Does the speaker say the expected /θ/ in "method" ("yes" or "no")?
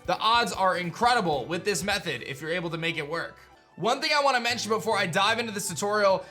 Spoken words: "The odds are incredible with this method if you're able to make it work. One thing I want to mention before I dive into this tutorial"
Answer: yes